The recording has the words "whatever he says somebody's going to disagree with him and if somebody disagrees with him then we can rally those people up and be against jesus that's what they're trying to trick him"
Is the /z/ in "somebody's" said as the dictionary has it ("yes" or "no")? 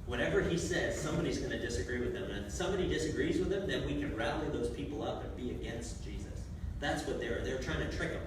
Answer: yes